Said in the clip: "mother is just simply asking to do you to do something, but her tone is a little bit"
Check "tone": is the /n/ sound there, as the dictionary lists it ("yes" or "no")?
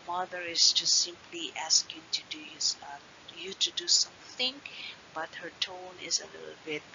yes